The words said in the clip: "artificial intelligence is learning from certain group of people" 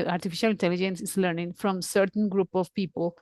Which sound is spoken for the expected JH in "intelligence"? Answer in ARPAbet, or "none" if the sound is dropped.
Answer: JH